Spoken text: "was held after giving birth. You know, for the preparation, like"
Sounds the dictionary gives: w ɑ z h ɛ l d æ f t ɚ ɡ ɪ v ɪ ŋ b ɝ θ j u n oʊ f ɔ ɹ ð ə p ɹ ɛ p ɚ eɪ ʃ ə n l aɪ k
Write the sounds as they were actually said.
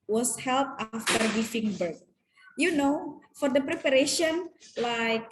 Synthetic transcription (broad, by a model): w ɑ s h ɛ l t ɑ f t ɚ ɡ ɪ f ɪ ŋ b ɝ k j u n oʊ f ɔ ɹ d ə p ɹ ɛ p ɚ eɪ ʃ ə n l aɪ k